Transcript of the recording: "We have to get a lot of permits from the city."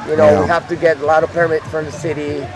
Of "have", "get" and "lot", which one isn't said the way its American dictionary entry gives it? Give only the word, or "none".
have